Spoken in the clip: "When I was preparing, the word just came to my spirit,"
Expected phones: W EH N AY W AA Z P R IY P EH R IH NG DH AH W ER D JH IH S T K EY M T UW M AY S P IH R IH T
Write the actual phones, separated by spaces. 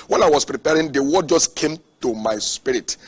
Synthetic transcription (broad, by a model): W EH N AY W AA S P R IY P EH R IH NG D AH W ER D JH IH S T K EY M T UW M AY S P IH R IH T